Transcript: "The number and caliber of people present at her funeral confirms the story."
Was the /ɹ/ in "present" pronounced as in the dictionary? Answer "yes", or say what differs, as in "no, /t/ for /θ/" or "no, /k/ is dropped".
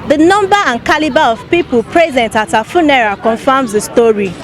yes